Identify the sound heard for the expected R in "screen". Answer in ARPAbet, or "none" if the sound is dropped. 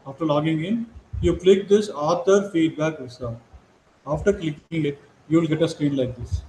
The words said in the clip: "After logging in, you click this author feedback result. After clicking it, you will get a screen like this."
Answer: R